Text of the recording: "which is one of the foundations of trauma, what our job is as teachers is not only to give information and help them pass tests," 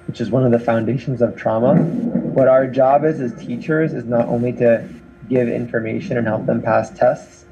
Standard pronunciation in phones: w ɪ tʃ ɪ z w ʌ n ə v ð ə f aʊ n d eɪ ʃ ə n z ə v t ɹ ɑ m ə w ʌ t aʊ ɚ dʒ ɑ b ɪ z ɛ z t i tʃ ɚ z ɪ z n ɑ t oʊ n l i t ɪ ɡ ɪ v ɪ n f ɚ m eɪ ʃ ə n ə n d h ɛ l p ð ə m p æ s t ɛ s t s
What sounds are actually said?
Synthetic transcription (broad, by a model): w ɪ tʃ ɪ z w ʌ n ə v ð ə f aʊ n d eɪ ʃ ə n z ə v t ɹ ɑ m ə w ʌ t aʊ ɚ dʒ ɑ b ɪ z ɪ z t i tʃ ɚ z ɪ z n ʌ t oʊ n l i t ɪ ɡ ɪ v ɪ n f ɚ m eɪ ʃ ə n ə n h ɛ l p ð ə m p æ s t ɛ s t s